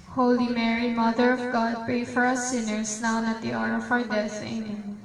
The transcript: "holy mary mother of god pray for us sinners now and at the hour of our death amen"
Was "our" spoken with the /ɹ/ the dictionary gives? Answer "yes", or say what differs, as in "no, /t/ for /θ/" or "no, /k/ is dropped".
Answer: no, /w/ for /ɹ/